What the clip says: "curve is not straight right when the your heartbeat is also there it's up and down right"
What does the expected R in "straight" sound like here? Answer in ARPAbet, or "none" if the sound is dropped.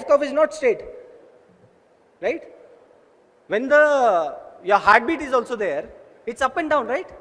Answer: none